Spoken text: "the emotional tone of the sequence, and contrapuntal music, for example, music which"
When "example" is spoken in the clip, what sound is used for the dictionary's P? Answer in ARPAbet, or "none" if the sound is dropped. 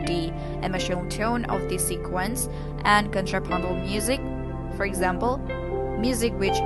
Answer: P